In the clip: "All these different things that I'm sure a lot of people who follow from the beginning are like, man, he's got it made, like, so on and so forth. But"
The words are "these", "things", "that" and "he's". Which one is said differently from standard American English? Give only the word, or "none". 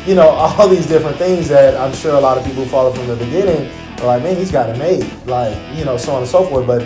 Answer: none